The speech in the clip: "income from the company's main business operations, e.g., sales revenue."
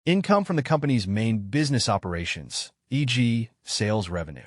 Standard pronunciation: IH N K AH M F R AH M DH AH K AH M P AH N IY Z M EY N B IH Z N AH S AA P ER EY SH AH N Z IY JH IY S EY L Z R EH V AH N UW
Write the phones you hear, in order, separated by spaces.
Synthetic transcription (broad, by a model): IH N K AH M F R AH M DH AH K AH M P AH N IY Z M EY N B IH Z N AH S AA P ER EY SH AH N Z IY JH IY S EY L Z R EH V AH N UW